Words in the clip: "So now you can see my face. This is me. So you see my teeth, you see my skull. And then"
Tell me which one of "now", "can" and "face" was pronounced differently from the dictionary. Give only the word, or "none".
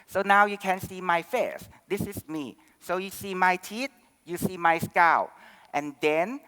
none